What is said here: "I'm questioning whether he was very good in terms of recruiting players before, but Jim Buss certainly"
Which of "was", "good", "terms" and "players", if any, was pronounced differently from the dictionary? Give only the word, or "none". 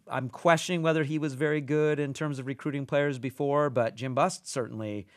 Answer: none